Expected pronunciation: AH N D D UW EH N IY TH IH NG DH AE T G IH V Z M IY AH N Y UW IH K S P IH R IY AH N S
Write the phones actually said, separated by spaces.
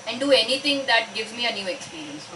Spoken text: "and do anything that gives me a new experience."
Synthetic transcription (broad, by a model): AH N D D UW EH N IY T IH NG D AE T G IH V Z M IY AH N Y UW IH K S P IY R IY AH N S